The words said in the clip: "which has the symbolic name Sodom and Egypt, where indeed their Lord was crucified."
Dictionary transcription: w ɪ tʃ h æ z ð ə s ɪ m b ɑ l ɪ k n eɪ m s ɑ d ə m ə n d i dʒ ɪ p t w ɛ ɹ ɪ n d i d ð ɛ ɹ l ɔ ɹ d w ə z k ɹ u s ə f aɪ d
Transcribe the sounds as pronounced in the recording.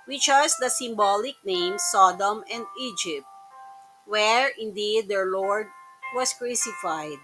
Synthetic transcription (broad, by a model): w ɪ tʃ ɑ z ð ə s ɪ m b ɑ l ɪ k n eɪ m s ɑ d ə m ə n d i dʒ ɪ p t w ɛ ɹ ɪ n d i d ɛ ɹ l ɔ ɹ d w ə s k ɹ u s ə f aɪ d